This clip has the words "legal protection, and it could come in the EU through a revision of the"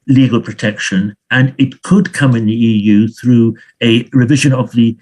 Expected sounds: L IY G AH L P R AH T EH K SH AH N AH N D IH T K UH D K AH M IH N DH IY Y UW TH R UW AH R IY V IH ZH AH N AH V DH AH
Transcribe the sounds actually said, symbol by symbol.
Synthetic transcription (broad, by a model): L IY G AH L P R AH T EH K SH AH N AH N IH T K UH D K AH M IH N DH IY Y UW TH R UW AH R IY V IH ZH AH N AH V DH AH